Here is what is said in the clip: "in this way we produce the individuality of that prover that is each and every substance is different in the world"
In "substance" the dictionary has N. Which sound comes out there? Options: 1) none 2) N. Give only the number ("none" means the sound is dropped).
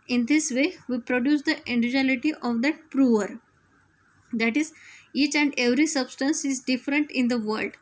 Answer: 2